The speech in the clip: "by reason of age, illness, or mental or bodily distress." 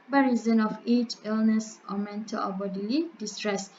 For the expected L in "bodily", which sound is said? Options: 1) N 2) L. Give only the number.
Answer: 2